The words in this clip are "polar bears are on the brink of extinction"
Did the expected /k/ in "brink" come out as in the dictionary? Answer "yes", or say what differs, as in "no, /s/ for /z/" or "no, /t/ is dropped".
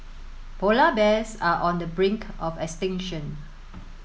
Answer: yes